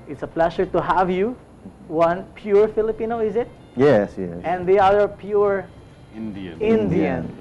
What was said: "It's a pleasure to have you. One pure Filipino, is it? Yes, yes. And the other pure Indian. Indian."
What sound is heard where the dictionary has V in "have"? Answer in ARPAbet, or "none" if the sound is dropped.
V